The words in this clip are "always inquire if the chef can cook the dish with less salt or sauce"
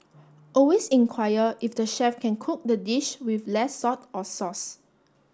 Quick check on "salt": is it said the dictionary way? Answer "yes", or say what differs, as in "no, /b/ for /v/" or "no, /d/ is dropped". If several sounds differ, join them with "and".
no, /l/ is dropped